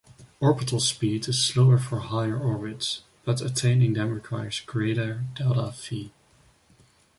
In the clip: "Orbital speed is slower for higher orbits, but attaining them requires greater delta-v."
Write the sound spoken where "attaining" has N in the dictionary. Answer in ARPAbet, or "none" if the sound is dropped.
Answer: N